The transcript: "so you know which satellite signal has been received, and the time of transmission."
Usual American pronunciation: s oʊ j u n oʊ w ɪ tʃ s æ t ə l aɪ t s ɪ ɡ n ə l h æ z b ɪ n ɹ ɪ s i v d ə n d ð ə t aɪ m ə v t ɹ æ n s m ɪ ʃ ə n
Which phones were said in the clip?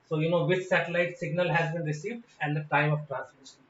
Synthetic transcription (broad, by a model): s oʊ j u n oʊ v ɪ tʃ s æ t ə l aɪ t s ɪ ɡ n ə l h æ z b ɪ n ɹ ɪ s i v d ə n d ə t aɪ m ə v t ɹ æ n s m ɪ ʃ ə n